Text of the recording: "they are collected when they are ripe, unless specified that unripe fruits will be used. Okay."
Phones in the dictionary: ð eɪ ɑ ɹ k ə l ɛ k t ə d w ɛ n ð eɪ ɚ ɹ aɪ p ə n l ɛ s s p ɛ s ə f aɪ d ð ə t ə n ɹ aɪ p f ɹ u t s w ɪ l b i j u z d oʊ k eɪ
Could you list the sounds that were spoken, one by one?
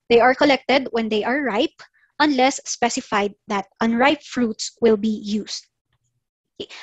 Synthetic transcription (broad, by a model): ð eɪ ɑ ɹ k ə l ɛ k t ə d w ɛ n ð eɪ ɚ ɹ aɪ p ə n l ɛ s s p ɛ s ə f aɪ d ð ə t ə n ɹ aɪ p f ɹ u t s w ɪ l b i j u s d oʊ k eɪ